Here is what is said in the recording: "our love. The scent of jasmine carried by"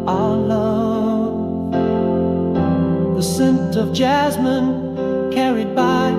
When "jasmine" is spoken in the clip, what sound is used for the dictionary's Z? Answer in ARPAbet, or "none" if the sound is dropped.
Z